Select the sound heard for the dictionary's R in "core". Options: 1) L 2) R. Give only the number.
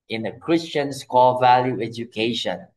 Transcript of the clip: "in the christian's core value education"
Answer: 1